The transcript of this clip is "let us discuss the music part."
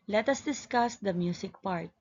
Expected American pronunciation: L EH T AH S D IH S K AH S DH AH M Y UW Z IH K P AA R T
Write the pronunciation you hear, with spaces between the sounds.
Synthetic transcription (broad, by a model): L EH T AH S D IH S K AH S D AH M Y UW S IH K P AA R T